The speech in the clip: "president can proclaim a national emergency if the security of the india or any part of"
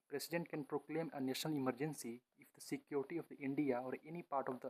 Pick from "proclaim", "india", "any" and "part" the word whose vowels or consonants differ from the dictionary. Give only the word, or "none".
none